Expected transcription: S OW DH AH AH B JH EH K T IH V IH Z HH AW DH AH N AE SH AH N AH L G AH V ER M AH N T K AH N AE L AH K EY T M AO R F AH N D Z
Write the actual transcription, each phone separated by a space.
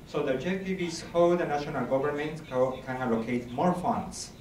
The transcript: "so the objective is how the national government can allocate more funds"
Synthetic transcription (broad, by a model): S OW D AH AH JH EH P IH B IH S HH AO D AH N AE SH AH N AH L G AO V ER M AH N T K AH N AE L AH K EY T M AO R F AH N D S